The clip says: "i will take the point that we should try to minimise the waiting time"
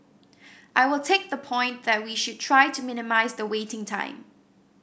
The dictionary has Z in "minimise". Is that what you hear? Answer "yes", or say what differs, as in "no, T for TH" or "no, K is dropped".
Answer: yes